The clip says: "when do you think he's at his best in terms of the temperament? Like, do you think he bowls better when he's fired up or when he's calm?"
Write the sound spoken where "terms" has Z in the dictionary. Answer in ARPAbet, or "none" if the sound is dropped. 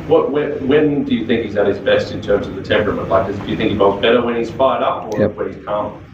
Z